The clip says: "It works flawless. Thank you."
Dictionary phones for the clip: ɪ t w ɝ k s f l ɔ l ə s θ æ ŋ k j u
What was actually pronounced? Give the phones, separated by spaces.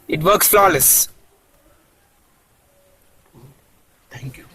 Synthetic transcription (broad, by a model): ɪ t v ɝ k s f l ɔ l ə s t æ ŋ k j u